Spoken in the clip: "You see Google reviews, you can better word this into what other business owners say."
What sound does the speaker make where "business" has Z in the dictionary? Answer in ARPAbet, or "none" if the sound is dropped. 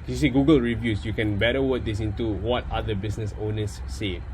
S